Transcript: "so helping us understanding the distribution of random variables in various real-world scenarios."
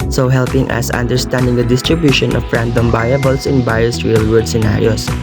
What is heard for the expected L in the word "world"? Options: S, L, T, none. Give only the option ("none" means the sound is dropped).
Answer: none